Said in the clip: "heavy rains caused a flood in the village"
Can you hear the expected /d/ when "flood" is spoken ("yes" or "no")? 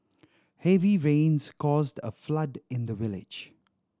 yes